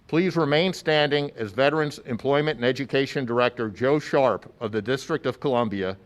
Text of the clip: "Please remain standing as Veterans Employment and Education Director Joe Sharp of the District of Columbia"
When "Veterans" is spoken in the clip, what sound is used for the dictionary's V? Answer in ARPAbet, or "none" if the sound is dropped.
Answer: V